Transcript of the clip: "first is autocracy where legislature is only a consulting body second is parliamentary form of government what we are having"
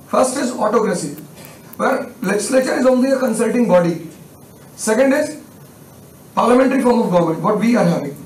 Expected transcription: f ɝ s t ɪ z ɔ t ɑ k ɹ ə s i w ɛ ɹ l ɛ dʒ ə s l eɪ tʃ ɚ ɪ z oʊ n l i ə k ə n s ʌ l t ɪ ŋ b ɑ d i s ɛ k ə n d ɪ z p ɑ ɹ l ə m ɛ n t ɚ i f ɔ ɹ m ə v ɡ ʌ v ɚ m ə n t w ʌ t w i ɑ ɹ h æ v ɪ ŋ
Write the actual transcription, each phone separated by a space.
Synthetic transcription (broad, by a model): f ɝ s t ɪ z ɔ t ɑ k ɹ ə s i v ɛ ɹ l ɛ dʒ ə s l eɪ tʃ ɚ ɪ z oʊ n l i ə k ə n s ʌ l t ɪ ŋ b ɑ d i s ɛ k ə n d ɪ z p ɑ ɹ l ə m ɛ n t ɚ i f ɔ ɹ m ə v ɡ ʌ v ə t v i ɑ ɹ h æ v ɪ ŋ